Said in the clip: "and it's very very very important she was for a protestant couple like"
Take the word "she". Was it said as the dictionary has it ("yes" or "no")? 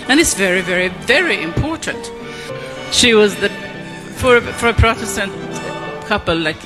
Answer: yes